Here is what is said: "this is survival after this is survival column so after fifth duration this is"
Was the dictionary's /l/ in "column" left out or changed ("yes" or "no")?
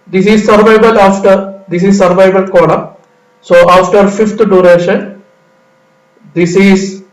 yes